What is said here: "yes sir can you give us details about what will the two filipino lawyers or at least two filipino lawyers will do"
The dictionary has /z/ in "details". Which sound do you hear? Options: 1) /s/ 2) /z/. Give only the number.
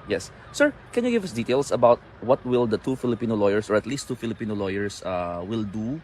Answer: 1